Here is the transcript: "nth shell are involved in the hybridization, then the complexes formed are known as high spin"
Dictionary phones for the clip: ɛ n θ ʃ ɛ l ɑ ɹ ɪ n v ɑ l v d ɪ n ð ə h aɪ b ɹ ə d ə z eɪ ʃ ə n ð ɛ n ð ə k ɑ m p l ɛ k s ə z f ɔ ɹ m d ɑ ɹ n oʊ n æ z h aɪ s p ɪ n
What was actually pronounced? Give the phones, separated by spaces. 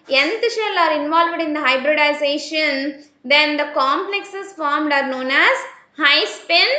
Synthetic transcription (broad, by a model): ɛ n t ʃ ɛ l ɑ ɹ ɪ n v ɑ l v d ɪ n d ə h aɪ b ɹ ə d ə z eɪ ʃ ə n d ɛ n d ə k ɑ m p l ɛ k s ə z f ɔ ɹ m d ɑ ɹ n oʊ n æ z h aɪ s p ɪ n